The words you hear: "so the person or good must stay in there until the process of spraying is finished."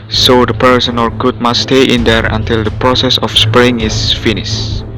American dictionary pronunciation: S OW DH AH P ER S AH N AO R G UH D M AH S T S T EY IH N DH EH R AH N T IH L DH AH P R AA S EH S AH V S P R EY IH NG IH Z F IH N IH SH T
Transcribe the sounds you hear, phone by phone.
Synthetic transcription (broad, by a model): S OW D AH P ER S AH N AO L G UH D M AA S T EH T IH N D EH R AH N T IH L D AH P R AA S EH S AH F S P R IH NG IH S F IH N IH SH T